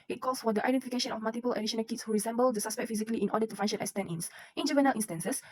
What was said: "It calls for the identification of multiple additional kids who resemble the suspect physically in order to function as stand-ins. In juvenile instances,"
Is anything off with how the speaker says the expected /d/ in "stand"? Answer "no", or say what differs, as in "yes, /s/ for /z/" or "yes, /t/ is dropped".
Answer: yes, /d/ is dropped